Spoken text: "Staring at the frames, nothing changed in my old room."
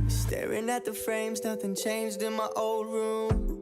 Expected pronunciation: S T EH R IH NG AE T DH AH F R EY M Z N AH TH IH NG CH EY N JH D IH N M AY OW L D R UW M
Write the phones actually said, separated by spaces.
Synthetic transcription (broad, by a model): S T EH R IH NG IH T DH AH F R EY M Z N AH TH IH NG CH EY N JH D IH N M AY OW L D R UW M